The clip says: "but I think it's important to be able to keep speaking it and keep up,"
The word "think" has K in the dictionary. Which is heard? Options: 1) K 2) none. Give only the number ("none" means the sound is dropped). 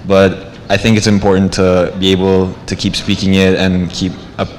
1